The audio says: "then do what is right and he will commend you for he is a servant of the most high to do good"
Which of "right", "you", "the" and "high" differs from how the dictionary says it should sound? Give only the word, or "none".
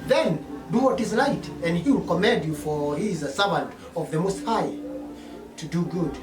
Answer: right